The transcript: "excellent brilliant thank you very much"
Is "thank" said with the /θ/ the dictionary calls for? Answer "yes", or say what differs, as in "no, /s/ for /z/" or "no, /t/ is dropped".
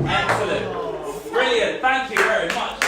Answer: yes